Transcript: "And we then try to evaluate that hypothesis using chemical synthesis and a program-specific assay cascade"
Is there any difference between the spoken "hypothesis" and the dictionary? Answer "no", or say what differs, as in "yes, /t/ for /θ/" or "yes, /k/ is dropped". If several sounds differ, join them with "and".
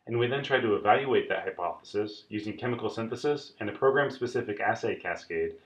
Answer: no